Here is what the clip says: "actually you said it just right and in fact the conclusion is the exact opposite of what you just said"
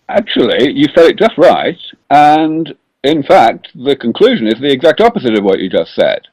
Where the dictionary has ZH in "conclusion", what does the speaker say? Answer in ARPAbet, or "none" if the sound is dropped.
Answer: ZH